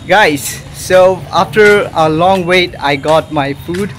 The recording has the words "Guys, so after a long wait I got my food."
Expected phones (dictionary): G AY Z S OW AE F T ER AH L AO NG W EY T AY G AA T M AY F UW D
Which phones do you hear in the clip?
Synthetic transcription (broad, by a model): G AY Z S OW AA F T ER AH L AO NG W EY T AY G AA T M AY F UW D